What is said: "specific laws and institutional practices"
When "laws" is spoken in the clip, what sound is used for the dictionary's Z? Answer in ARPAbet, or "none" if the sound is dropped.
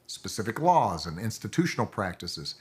Z